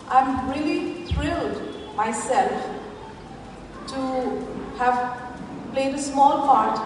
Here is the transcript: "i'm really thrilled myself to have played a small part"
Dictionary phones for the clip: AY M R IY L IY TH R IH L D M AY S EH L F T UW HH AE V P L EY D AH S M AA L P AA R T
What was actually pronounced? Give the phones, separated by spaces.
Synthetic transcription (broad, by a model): AY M R IY L IY T R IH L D M AY S EH L F T UW HH AE V P L EY D AH S M AA L P AA R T